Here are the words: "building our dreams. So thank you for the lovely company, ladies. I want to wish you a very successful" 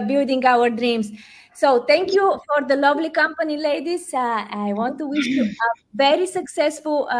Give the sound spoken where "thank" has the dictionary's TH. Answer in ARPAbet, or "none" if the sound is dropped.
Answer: T